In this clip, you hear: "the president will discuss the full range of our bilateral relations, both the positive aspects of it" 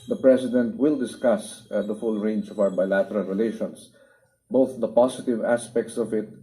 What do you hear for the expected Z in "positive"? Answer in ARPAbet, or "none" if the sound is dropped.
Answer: S